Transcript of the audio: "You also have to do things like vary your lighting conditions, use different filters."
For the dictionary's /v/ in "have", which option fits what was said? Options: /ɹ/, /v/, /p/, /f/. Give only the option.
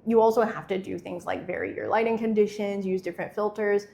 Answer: /f/